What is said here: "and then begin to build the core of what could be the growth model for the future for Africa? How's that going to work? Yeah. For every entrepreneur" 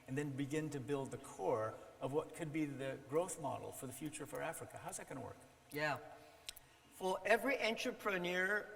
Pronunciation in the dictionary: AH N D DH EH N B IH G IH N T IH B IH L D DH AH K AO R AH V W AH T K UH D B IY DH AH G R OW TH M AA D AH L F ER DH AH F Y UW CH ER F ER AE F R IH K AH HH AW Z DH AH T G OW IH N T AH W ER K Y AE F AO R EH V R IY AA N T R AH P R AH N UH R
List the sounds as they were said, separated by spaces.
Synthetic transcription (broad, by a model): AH N DH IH N B IH G IH N T IH B IH L D DH AH K AO R AH V W AH T K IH D B IY DH AH G R OW TH M AA D L F ER DH AH F Y UW CH ER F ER AE F R IH K AH HH AW Z DH AH T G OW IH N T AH W ER K Y AE F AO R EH V R IY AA N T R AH P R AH N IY R